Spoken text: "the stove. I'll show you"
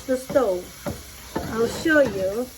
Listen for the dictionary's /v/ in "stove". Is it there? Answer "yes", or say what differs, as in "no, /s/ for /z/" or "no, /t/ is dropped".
no, /v/ is dropped